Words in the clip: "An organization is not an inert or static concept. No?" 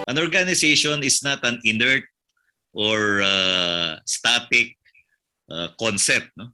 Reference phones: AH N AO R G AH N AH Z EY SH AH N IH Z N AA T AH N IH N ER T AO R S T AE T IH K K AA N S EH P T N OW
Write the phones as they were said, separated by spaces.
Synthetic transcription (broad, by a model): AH N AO R G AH N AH S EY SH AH N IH S N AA T AH N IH N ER T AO R S T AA T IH K K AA N S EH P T N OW